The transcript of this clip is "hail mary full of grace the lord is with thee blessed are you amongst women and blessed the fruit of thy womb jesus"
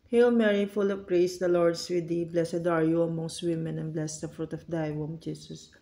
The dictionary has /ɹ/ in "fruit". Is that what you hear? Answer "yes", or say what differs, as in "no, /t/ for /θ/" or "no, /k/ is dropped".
yes